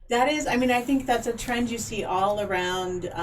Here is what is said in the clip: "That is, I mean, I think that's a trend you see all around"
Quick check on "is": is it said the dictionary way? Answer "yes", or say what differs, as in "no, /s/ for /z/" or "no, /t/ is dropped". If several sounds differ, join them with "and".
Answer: yes